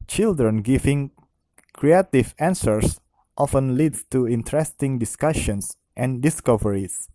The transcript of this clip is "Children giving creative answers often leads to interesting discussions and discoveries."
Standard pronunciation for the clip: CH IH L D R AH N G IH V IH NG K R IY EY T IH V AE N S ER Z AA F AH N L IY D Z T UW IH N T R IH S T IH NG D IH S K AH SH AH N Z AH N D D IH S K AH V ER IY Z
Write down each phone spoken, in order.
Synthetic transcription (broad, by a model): CH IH L D R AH N G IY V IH NG K R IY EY T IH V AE N S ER S AA F AH N L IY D T UW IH N T R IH S T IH NG D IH S K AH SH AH N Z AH N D D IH S K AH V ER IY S